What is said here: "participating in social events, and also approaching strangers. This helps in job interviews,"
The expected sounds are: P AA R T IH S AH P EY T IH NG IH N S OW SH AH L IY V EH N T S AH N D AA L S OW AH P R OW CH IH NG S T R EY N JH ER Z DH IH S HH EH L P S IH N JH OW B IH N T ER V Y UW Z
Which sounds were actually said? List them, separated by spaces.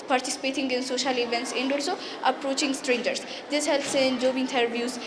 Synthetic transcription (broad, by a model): P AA R T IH S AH P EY T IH NG IH N S OW SH AH L IY V EH N T S AH N D AA L S OW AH P R OW CH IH NG S T R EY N JH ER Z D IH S HH EH L P S IH N JH OW B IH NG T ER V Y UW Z